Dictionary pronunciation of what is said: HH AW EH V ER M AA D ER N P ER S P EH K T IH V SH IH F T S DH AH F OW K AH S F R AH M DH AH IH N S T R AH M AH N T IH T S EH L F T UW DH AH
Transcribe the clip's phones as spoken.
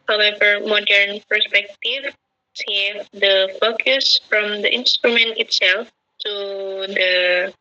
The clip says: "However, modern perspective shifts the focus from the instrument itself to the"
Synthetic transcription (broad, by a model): HH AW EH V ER M AA D ER N P ER S P EH K T IH V S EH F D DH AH F OW K AH S F R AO M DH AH IH N S T R AH M AH N T IH T S EH L F T UW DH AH